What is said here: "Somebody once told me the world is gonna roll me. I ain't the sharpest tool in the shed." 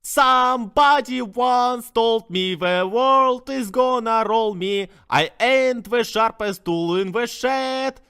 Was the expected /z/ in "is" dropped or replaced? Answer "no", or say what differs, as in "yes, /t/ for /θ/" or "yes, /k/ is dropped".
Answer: no